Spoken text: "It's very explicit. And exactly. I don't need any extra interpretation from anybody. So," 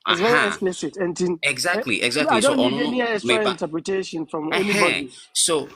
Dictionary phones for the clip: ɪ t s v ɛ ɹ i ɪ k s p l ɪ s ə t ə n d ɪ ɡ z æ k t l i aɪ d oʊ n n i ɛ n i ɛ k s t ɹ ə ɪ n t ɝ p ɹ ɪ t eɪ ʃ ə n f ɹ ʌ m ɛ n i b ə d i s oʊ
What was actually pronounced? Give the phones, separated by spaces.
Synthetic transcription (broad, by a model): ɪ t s v ɛ ɹ i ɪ s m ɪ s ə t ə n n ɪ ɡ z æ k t l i aɪ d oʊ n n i ɛ n i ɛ s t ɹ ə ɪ n t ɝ p ɹ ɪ t eɪ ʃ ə n f ɹ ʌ m ɛ n i b ə d i s oʊ